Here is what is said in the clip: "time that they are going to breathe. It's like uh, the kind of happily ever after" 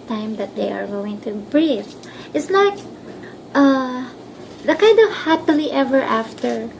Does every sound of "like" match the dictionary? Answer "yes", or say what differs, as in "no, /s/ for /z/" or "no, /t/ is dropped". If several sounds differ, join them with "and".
no, /n/ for /l/